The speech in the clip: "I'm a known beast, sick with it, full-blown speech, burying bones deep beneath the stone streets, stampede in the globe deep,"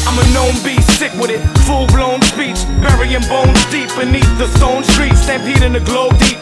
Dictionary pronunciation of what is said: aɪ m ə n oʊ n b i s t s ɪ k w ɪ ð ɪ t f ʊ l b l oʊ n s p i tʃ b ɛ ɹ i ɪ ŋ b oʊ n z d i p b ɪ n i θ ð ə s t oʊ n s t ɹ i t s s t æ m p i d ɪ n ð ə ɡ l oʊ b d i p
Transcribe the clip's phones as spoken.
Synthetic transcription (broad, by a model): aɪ m ə n oʊ n b i s t ɪ k w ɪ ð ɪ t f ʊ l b l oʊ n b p i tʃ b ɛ ɹ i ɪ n b oʊ n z d i p b ɪ n i θ ð ə s t oʊ n s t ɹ i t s s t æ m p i d ɪ n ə ɡ l oʊ b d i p